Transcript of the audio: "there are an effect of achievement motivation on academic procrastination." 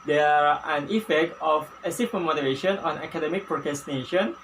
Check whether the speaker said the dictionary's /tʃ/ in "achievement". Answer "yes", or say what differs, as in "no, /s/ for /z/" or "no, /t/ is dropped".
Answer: no, /s/ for /tʃ/